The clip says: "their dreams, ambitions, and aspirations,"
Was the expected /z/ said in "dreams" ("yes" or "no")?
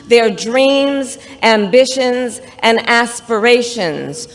yes